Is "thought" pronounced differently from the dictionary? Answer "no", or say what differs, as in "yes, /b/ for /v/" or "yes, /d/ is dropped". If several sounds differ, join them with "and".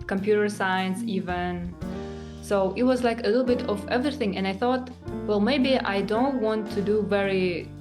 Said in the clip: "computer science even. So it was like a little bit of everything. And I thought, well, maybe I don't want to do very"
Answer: no